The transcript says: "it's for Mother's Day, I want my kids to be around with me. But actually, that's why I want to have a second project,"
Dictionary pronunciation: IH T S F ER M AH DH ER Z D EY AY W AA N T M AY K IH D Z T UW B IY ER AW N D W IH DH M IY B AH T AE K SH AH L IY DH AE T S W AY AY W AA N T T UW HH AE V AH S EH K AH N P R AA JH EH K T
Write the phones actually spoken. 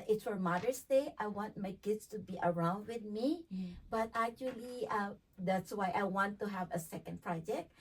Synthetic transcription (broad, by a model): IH T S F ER M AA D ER S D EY AY W AA N T M AY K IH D S T UW B IY ER AW N D W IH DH M IY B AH T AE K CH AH L IY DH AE T S W AY AY W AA N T T UW HH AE V AH S EH K AH N P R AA JH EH K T